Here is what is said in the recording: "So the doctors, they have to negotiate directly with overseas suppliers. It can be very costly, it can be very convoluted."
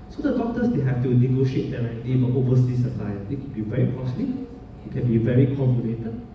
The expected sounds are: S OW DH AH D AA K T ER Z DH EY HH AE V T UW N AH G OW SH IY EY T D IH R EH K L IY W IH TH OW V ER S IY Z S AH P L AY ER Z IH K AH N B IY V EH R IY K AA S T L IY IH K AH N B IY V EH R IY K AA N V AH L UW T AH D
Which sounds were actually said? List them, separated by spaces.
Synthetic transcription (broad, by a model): S OW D AH D AA K T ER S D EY HH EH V T UW N AH G OW SH IY EY T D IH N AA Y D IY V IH OW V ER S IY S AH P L AY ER IH K AH N B IY V EH R IY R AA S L IY IH K AH N B IY V EH R IY K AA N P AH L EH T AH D